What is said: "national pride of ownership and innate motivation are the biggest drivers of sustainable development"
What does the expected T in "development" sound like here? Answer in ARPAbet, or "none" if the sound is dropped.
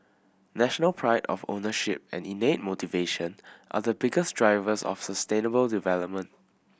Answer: T